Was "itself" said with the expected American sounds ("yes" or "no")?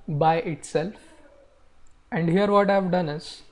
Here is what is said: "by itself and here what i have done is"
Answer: yes